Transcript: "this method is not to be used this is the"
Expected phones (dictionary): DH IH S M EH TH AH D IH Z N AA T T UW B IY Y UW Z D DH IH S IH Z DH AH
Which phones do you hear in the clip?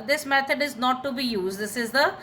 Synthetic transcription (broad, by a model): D IH S M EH T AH D IH Z N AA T T UW B IY Y UW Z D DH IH S IH Z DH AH